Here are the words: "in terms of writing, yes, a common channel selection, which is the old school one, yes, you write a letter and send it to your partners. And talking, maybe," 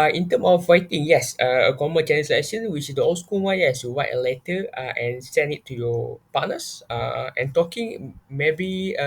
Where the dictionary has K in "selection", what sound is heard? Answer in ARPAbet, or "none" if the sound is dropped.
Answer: none